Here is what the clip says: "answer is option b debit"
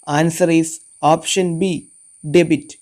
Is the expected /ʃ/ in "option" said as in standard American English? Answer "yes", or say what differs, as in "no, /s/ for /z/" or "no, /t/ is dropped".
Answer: yes